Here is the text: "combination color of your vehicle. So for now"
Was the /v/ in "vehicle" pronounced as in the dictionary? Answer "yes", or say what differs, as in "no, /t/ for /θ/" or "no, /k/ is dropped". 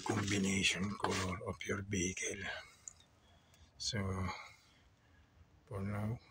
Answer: no, /b/ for /v/